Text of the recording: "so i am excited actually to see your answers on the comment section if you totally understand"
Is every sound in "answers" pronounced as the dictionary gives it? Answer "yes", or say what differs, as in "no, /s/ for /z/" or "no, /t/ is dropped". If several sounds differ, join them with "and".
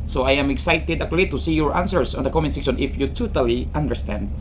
no, /s/ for /z/